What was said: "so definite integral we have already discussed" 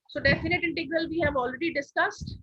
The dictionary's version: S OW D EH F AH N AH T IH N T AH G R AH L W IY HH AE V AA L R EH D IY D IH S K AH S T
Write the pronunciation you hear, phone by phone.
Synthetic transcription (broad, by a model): S OW D EH F AH N AH T IH N T AH G R AH L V IY HH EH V AA L R EH D IY D IH S K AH S T